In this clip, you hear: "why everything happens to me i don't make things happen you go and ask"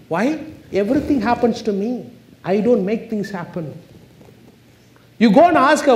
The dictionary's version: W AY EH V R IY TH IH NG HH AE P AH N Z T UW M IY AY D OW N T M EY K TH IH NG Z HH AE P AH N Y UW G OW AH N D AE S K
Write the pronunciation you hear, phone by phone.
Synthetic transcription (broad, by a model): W AY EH V R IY T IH NG HH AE P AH N S T UW M IY AY D OW N T M EY K T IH NG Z HH AE P AH N Y UW G OW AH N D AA S K